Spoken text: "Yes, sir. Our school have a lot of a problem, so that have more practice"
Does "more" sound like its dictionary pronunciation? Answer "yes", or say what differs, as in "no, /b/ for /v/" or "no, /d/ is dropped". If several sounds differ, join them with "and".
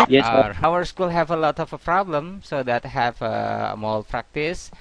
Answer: no, /l/ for /ɹ/